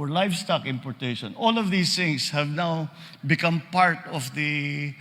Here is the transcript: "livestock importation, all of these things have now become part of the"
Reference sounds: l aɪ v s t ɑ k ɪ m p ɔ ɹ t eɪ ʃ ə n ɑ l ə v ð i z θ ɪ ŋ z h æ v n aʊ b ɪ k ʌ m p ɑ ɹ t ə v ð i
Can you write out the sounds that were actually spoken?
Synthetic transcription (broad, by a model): l aɪ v s t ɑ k ɪ m p ɔ ɹ t eɪ ʃ ə n ɑ l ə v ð i s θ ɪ ŋ s h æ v n aʊ b ɪ k ʌ m p ɑ ɹ t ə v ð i